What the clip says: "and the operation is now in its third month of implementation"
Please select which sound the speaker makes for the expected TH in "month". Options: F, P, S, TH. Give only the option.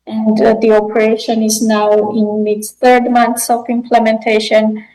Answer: S